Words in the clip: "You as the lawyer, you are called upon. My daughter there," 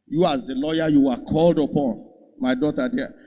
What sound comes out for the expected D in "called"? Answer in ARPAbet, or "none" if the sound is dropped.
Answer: D